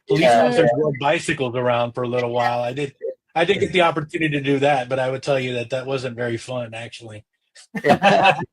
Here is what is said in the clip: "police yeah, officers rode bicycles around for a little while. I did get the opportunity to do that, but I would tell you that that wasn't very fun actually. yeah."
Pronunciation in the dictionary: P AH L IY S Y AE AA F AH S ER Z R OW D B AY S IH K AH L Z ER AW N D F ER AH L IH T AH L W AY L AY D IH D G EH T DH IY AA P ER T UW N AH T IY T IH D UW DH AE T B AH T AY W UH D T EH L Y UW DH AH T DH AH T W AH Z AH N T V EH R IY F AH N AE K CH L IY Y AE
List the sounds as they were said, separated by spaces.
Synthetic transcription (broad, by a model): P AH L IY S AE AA AH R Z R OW B AY S IH K L Z ER AW N D F ER AH L IH T L W AY L AY D IH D G EH T DH IY AA P ER T UW N AH T IY T IH D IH DH AE T B AH T AY W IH D T EH L Y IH DH AH T DH AH T W AH Z AH N T V EH R IY F AH N AE K CH IY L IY